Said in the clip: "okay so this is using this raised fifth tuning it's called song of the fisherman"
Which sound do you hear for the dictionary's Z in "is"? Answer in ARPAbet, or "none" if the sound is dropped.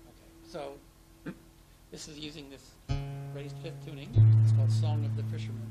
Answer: Z